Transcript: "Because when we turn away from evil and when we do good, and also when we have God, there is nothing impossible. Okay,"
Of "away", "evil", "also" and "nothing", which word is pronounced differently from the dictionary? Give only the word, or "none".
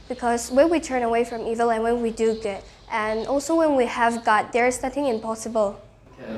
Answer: none